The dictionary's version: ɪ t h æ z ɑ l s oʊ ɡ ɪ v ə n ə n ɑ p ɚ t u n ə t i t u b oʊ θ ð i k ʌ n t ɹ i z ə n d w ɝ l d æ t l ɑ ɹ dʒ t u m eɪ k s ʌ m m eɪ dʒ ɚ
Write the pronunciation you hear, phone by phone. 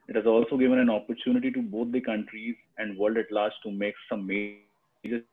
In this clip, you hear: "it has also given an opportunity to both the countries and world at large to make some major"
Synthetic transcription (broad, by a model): ɪ t h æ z ɑ l s oʊ ɡ ɪ v ə n ə n ɑ p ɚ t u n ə t i t u b oʊ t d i k ʌ n t ɹ i z ə n d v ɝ l d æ t l ɑ ɹ dʒ t u m eɪ k s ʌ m m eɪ dʒ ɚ